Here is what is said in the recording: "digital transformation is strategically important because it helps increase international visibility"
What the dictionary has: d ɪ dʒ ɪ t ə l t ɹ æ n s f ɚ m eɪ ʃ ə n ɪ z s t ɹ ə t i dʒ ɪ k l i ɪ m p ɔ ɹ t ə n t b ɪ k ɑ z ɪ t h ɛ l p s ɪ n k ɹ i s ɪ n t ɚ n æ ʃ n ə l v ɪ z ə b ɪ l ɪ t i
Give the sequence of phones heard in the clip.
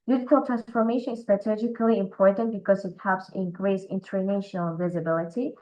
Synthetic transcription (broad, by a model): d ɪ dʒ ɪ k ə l t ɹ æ n s f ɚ m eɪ ʃ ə n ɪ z s t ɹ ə t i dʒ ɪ k l i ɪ m p ɔ ɹ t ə n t b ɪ k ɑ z ɪ t h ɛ p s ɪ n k ɹ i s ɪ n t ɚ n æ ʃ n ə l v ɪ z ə b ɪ l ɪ t i